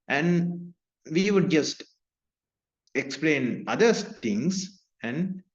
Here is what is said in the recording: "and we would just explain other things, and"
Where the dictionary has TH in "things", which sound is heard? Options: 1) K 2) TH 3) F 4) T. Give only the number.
4